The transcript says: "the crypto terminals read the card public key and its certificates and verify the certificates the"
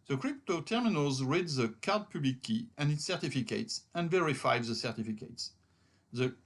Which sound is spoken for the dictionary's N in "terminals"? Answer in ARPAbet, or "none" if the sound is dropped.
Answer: N